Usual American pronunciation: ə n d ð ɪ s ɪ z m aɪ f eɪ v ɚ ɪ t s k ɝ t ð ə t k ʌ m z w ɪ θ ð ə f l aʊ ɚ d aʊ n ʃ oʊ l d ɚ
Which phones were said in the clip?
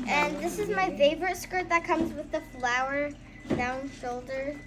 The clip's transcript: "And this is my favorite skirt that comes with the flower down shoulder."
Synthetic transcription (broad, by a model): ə n ð ɪ s ɪ z m aɪ f eɪ v ɚ ɪ t s k ɝ t ð ə t k ʌ m z w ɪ ð ə f l aʊ ɚ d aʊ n ʃ oʊ l d ɚ